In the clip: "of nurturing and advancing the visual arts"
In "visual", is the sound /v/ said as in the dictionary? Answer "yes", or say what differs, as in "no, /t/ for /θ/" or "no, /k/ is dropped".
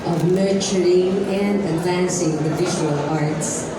yes